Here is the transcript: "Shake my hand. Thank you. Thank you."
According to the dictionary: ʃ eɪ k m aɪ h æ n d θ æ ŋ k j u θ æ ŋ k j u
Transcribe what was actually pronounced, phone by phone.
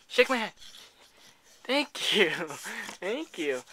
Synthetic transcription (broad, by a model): ʃ eɪ k m aɪ h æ d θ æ ŋ k j u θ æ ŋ k j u